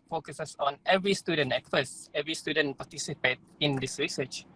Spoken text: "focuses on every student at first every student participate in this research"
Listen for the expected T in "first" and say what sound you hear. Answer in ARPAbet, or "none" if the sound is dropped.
none